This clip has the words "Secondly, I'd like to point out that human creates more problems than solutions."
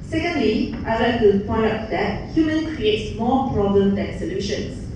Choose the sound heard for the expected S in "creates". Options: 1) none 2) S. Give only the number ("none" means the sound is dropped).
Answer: 2